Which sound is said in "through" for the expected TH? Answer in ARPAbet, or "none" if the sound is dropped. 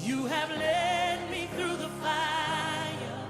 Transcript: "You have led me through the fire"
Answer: TH